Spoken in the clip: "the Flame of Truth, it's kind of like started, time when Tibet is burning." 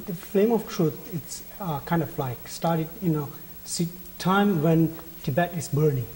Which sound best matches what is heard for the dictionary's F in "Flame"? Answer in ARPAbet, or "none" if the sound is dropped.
F